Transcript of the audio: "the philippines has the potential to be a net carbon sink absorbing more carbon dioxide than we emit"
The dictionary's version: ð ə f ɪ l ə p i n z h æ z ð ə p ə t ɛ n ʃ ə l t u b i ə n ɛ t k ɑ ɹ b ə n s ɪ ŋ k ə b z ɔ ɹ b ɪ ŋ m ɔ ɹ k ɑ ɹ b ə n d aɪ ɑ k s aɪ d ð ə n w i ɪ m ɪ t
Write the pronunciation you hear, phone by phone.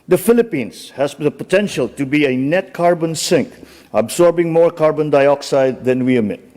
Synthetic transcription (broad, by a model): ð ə f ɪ l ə p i n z h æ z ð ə p ə t ɛ n ʃ ə l t u b i ə n ɛ t k ɑ ɹ b ə n s ɪ ŋ k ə b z ɔ ɹ b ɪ ŋ m ɔ ɹ k ɑ ɹ b ə n d aɪ ɑ k s aɪ d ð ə n w i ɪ m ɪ t